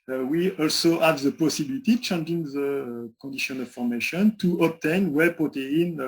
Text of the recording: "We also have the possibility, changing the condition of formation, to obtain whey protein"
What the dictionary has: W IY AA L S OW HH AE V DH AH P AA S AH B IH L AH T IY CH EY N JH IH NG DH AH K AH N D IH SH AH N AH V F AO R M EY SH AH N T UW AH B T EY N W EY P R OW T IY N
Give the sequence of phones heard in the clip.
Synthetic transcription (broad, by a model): W IY AA L S OW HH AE V DH AH P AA S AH B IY L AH T IY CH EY N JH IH NG DH AH K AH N D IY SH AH N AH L F AO R M EY SH AH N T UW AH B T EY N W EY P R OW T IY N